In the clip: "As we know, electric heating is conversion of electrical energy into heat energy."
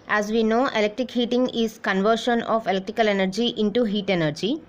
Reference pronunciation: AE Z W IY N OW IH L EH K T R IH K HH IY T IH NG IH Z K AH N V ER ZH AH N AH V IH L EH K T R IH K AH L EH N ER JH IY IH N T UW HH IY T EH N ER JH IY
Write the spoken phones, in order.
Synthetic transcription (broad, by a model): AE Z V IY N OW IH L EH K T R IH K HH IY T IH NG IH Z K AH N V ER SH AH N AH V IH L EH K T R IH K AH L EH N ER JH IY IH N T UW HH IY T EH N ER JH IY